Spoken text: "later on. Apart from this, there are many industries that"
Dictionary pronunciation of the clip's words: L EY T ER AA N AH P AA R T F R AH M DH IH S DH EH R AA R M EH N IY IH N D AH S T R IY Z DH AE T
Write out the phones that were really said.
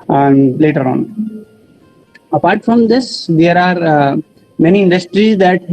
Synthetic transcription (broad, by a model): L EY T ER AA N AH P AA R T F R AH M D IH S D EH R AA R M EH N IY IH N D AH S T R IY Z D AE T